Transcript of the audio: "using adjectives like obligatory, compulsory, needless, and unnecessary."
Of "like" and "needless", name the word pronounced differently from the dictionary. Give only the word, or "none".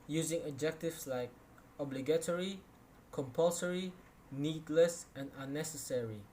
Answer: none